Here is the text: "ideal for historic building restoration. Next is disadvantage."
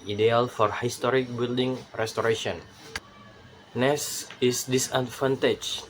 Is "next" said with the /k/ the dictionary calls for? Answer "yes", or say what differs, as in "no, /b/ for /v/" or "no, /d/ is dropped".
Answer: no, /k/ is dropped